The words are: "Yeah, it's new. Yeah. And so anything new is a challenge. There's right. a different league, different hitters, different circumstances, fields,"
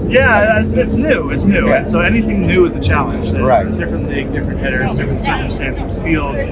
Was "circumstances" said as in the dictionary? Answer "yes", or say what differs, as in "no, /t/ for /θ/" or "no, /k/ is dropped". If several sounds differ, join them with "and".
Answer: yes